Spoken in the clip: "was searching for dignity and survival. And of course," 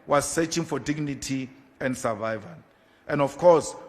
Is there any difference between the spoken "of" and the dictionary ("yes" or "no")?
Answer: yes